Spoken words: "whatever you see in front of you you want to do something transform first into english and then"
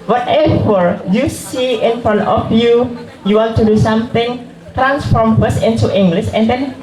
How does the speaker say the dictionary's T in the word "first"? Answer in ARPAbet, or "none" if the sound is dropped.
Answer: none